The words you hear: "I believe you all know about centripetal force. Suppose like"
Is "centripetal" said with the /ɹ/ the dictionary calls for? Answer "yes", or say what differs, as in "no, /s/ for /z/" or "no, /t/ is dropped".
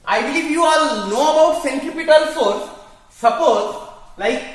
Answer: no, /ɹ/ is dropped